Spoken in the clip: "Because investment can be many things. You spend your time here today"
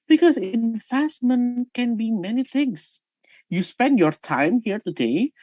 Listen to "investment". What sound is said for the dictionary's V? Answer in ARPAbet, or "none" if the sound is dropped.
F